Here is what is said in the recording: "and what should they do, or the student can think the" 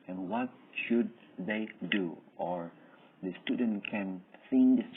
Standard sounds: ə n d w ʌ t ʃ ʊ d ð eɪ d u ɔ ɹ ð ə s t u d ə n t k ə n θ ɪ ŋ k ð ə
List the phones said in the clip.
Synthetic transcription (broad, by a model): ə n w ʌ t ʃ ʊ d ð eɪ d u ɔ ɹ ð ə s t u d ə n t k ə n s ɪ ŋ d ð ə